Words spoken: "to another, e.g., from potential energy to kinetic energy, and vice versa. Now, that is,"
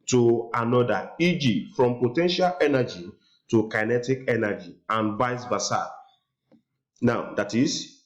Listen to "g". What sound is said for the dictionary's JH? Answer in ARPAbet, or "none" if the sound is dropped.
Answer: JH